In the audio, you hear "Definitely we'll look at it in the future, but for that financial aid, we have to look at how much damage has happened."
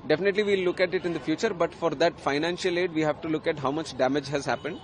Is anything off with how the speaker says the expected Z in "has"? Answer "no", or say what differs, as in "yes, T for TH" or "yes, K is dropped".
no